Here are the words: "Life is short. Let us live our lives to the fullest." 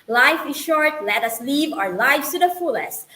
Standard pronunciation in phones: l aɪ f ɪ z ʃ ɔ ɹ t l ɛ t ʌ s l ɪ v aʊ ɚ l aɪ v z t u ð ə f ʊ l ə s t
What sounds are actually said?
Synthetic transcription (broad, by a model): l aɪ f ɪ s ʃ ɔ ɹ t l ɛ t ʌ s l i v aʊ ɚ l aɪ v t u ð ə f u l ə s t